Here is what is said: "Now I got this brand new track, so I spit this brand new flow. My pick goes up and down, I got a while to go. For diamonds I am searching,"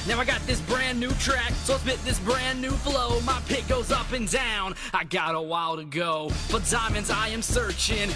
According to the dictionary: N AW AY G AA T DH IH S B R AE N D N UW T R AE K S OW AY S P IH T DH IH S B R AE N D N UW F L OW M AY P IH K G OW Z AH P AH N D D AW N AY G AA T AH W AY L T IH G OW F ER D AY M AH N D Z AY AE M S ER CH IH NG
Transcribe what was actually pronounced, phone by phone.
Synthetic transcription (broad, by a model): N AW AY G AA T DH IH S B R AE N N UW T R AE K S OW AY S B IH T DH IH S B R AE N N UW F L OW M AY P IH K G OW Z AH P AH N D D AW N AY G AA T AH W AY L T IH G OW F ER D AY M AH N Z AY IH M S ER CH IH NG